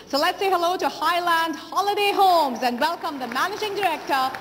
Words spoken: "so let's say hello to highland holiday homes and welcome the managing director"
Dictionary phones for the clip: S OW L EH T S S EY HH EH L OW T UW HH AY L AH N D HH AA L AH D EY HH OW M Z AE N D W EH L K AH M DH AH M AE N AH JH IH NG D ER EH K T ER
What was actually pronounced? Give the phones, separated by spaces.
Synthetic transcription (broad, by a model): S OW L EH T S S EY HH EH L OW T UW HH AY L AH N D HH AA L AH D EY HH OW M Z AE N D W EH L K AH M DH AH M AE N AH JH IH NG D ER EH K T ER